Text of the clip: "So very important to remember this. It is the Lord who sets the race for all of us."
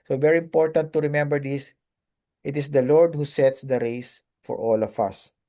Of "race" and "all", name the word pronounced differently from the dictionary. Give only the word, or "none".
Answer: none